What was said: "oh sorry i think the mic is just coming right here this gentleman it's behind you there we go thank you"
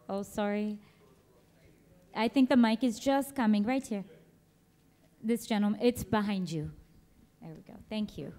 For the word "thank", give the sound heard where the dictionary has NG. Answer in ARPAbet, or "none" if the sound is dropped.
NG